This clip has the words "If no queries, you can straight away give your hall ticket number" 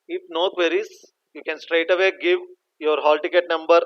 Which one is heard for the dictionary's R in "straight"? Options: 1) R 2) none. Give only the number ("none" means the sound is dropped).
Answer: 1